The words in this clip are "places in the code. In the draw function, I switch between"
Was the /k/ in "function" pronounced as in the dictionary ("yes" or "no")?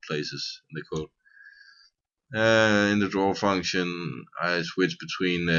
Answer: yes